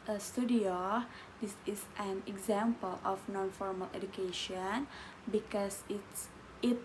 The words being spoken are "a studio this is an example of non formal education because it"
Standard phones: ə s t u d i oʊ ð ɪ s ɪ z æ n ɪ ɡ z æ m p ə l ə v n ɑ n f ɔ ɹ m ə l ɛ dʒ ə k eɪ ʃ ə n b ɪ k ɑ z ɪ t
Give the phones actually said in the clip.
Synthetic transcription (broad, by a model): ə s t u d i oʊ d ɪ s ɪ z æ n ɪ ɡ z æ m p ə l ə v n ɑ n f ɔ ɹ m ə l ɛ dʒ ə k eɪ ʃ ə n b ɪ k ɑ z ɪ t